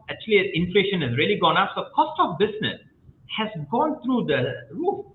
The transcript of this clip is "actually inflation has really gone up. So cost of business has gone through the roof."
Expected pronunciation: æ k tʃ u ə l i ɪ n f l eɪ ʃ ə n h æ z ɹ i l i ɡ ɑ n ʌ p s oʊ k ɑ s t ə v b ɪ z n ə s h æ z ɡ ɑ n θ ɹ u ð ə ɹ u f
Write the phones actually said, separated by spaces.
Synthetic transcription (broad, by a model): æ k tʃ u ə l i ɪ n f l eɪ ʃ ə n h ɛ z ɹ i l i ɡ ɑ n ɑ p s oʊ k ɑ s t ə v b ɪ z n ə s h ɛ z ɡ ɑ n t ɹ u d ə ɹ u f